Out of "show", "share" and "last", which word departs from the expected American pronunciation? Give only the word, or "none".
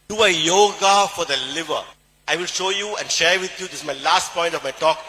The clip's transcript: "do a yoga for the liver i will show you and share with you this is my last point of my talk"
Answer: none